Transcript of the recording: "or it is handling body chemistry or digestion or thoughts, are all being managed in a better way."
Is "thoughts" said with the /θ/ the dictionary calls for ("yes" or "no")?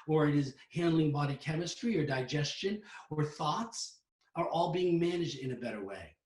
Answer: yes